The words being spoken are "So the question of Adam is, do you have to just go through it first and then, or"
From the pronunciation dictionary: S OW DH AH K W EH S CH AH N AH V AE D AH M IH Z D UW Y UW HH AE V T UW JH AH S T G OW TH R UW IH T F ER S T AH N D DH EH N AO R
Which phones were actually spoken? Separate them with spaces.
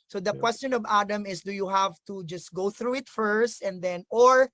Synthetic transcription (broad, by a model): S OW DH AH K W EH S CH AH N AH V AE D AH M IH S D UW Y UW HH AE V T UW JH AH S T G OW TH R UW IH T F ER S T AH N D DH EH N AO R